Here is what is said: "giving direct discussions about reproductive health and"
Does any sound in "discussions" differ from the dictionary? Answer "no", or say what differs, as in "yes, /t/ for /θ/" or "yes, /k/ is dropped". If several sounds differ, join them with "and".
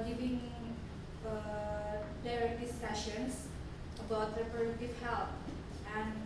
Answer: yes, /k/ is dropped and /s/ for /z/